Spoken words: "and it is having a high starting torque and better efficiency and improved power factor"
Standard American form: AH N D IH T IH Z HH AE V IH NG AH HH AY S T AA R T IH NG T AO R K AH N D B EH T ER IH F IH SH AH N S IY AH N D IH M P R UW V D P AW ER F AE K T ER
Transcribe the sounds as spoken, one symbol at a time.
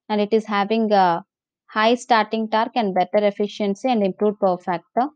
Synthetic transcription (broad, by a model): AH N D IH T IH Z HH AE V IH NG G HH AY S T AA R T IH NG T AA R K AH N D B EH T ER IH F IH SH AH N S IY AH N D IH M P R UW D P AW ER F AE K T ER